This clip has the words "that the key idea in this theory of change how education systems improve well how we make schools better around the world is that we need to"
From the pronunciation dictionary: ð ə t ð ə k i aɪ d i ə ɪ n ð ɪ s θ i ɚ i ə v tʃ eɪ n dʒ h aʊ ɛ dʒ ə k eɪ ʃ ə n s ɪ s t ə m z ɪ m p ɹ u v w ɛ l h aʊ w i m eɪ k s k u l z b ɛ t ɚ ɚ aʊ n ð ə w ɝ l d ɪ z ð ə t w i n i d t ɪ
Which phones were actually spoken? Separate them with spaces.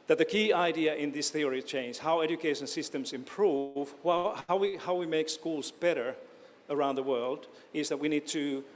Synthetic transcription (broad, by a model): ð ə t ð ə k i aɪ d i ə ɪ n ð ɪ s θ i ɚ i tʃ eɪ n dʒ h aʊ ɛ dʒ ə k eɪ ʃ ə n s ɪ s t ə m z ɪ m p ɹ u v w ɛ w h aʊ w i m eɪ k s k u l z b ɛ t ɚ ɚ aʊ n ð ə w ɝ l d ɪ z ð ə t w i n i d t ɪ